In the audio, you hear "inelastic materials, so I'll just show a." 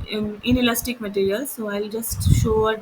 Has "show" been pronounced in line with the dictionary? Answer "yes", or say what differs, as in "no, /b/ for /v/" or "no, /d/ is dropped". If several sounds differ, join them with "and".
yes